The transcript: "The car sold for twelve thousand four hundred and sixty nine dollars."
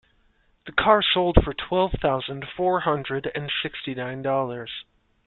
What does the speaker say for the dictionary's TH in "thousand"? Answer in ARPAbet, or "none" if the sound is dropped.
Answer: TH